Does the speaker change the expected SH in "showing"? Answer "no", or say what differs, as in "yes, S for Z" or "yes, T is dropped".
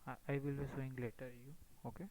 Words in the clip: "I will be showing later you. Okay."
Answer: yes, S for SH